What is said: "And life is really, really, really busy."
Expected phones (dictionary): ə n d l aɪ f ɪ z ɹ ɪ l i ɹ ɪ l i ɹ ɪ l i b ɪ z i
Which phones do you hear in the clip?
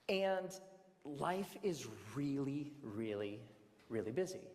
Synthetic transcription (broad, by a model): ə n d l aɪ f ɪ z ɹ ɪ l i ɹ ɪ l i ɹ ɪ l i b ɪ z i